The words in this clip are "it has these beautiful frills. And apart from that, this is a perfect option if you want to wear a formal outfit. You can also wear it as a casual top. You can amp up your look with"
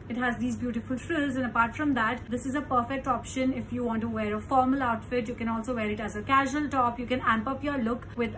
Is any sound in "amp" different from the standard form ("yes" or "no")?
no